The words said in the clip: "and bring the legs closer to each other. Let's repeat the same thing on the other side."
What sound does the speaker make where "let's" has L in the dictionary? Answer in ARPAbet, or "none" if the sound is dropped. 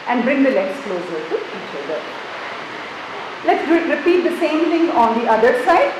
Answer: L